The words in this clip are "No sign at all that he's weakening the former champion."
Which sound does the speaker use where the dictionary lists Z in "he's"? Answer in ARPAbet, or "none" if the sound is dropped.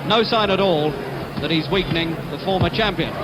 Z